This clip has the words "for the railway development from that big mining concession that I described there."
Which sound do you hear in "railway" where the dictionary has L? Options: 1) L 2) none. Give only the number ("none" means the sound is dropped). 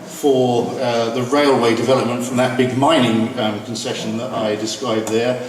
1